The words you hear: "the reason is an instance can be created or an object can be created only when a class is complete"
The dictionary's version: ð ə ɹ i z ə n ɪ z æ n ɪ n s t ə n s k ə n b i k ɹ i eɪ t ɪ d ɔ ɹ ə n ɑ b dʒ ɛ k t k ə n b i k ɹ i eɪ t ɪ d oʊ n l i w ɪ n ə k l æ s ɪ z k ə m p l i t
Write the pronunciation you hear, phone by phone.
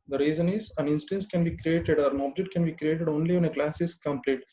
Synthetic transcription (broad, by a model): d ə ɹ i z ə n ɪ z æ n ɪ n s t ə n s k ə n b i k ɹ i eɪ t ɪ d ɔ ɹ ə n ɑ b dʒ ɛ k t k ə n b i k ɹ i eɪ t ɪ d oʊ n l i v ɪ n ə k l æ s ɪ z k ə m p l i t